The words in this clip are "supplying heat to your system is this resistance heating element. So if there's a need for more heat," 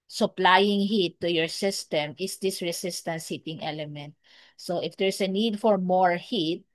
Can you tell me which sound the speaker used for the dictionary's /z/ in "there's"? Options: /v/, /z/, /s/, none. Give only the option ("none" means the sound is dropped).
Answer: /s/